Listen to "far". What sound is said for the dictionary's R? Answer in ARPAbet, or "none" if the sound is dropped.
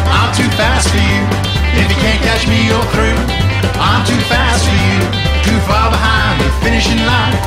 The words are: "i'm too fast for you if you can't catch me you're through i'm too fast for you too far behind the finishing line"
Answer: L